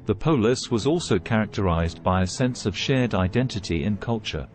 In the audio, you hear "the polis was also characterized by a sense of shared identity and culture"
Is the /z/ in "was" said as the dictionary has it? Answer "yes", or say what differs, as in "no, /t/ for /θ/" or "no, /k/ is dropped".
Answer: yes